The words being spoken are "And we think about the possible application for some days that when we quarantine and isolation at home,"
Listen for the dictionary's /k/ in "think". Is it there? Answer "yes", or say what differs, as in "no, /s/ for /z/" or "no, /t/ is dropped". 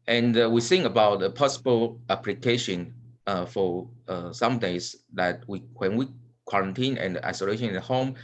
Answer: no, /k/ is dropped